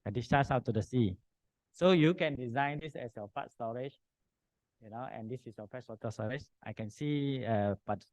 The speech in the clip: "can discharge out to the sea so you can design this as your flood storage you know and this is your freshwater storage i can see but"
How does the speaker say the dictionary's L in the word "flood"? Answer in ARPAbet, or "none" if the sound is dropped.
none